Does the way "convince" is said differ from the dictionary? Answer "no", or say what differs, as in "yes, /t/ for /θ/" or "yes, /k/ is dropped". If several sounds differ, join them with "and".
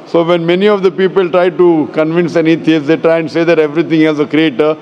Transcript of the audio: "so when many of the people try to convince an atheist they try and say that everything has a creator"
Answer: no